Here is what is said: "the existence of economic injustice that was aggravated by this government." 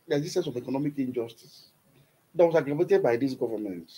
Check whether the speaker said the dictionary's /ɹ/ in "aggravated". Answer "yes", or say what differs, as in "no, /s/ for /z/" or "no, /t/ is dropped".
no, /l/ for /ɹ/